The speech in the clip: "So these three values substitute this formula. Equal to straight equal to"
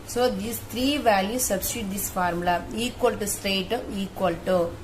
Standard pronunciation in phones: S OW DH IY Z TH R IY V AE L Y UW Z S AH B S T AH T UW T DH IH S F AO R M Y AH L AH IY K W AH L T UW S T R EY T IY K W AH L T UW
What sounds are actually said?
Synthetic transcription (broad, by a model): S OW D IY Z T R IY V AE L Y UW S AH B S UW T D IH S F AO R M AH L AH IY K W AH L T UW S T EY T IY K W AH L T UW